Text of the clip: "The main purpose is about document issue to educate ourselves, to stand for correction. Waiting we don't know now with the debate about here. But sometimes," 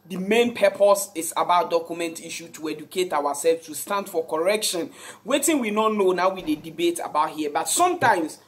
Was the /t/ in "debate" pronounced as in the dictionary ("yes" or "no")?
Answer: yes